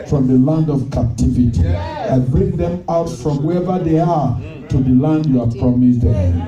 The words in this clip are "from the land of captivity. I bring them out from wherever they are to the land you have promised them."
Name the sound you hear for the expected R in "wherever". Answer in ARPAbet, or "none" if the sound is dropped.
none